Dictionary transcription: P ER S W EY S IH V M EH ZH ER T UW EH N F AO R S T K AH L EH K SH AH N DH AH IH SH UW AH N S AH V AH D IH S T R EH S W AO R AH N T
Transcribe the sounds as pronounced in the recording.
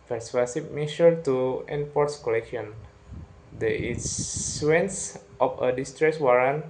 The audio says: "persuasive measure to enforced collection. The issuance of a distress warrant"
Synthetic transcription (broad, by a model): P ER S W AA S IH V M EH SH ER T UW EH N P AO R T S K AH L EH K SH AH N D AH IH S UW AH N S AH F AH D IH S T R EH S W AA R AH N